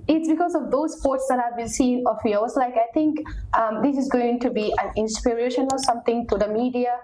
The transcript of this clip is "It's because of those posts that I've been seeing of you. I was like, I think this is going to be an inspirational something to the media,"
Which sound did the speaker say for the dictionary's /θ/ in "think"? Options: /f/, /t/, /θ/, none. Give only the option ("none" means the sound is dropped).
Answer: /t/